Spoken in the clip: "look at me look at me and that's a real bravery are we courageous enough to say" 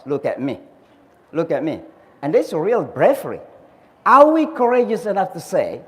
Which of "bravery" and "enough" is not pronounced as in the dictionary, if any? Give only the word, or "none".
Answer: bravery